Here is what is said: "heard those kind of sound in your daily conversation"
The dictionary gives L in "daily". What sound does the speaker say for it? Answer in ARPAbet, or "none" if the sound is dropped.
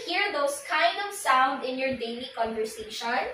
N